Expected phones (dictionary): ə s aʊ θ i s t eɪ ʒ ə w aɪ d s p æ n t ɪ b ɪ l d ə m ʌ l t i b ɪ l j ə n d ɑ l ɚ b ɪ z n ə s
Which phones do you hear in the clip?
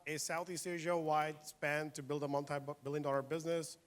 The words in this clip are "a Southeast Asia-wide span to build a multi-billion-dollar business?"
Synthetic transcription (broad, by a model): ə s aʊ θ i s t eɪ ʒ ə w aɪ d s p æ n t ɪ b ɪ l d ə m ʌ n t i b ɪ l j ə n d ɑ l ɚ b ɪ z n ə s